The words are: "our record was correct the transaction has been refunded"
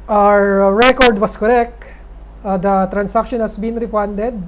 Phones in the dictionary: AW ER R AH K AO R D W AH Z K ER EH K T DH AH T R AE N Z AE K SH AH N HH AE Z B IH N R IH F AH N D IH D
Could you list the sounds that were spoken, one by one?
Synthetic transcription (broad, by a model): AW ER R AH K AO R D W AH S K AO EH K T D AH T R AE N S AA K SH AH N HH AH S B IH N R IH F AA N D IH D